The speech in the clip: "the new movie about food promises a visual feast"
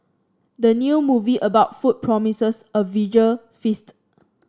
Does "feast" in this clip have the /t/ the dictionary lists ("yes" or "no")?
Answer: yes